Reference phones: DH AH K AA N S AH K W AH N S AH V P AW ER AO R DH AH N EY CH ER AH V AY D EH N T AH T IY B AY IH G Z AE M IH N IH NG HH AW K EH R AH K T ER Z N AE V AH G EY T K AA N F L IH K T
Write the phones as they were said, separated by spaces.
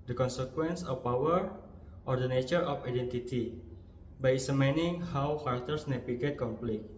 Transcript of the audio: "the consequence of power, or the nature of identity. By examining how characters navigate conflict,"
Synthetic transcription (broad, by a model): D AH K AA N S AH K W AH N S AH F P AW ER AO R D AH N EY CH ER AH F AY D EH N T AH T IY B AY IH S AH M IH N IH NG HH AW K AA R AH K T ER S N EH P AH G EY T K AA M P L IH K